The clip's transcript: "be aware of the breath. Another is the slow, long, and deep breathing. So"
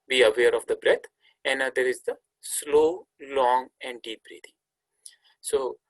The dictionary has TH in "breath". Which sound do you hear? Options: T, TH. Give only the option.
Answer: T